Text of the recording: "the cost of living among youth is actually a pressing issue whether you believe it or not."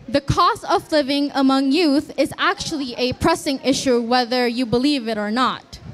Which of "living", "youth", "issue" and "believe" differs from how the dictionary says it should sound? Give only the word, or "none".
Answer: none